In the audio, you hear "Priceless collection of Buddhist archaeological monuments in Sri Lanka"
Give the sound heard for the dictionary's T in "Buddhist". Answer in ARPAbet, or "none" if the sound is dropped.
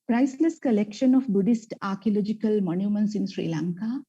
T